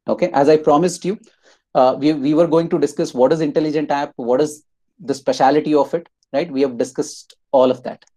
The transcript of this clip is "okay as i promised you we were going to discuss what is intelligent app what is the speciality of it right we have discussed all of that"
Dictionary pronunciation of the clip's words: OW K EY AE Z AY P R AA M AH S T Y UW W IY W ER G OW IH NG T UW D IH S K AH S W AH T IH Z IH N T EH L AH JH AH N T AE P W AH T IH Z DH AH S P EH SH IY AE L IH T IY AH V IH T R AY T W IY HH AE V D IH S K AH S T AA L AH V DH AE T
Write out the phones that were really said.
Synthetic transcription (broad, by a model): OW K EY AE Z AY P R AA M AH S T Y UW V IY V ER G OW IH NG T UW D IH S K AH S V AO T IH Z IH N T EH L AH JH AH N T AE P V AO T IH Z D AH S P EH SH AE L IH T IY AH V IH T R AY T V IY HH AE V D IH S K AH S T AA L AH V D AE T